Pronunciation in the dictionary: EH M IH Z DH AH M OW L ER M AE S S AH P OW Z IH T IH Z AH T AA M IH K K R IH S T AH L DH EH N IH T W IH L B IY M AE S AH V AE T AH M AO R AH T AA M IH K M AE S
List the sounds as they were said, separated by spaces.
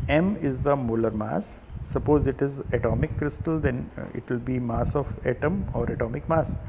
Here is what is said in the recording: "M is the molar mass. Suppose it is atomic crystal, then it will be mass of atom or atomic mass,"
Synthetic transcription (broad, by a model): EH M IH Z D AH M OW L ER M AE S S AH P OW Z IH T IH Z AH T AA M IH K K R IH S T AH L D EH N IH T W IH L B IY M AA S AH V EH T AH M AO R AH T AA M IH K M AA S